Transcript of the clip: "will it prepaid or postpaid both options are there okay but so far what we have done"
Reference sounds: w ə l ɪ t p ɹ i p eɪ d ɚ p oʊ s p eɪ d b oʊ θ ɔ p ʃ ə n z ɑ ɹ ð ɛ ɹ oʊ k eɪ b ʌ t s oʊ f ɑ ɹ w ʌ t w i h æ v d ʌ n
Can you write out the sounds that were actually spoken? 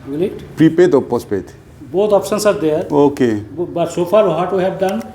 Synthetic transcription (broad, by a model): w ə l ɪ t p ɹ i p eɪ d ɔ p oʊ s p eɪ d b oʊ t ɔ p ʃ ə n s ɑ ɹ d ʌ ɹ oʊ k eɪ b ʌ t s oʊ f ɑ ɹ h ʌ t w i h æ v d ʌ n